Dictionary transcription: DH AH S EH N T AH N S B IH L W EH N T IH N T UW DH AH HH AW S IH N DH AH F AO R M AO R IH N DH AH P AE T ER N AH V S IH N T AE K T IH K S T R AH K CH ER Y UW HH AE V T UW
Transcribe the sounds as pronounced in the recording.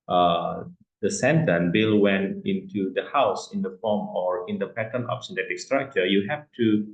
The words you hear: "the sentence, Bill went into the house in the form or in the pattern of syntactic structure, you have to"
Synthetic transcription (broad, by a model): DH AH S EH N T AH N B IH L W EH N T IH N T UW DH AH HH AW S IH N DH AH F AO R M AO R IH N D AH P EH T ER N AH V S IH N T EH T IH K S T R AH K CH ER Y UW HH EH F T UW